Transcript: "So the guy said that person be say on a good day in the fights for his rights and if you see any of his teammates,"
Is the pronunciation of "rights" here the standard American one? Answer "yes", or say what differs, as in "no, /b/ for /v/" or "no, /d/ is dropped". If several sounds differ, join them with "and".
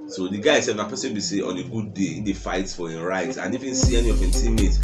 no, /s/ is dropped